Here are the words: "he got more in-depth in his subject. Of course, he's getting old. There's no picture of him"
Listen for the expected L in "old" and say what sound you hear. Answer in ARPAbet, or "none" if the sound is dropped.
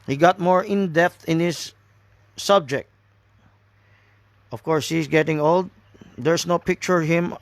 L